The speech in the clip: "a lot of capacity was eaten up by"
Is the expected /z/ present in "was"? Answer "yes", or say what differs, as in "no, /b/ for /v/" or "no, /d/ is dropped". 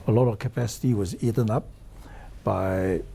yes